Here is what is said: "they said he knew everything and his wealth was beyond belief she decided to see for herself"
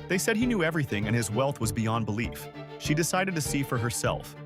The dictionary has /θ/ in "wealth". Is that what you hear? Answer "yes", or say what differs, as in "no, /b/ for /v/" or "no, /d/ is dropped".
yes